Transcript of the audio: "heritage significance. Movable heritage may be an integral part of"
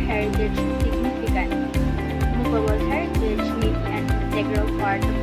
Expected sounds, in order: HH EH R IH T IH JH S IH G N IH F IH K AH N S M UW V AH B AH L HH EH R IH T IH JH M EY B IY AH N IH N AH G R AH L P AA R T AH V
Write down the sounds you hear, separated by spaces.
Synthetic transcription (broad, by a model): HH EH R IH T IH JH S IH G N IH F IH K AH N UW P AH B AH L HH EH R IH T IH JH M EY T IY AH N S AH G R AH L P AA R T